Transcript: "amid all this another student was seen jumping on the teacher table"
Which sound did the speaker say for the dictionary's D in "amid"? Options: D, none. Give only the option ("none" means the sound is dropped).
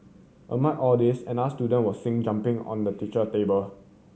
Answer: none